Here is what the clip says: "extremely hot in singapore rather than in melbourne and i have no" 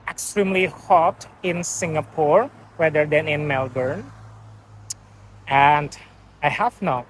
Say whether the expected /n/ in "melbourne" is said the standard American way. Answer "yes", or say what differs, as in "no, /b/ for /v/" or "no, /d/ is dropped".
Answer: yes